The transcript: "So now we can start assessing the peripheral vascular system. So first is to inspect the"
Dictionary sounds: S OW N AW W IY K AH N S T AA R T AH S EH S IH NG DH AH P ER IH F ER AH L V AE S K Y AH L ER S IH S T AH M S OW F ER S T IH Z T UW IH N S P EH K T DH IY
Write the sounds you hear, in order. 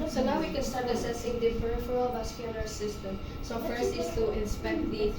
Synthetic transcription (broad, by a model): S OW N AW W IY K AH N S T AA R T AH S EH S IH NG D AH F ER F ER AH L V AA S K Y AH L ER S IH S T AH M S OW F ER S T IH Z T UW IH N S P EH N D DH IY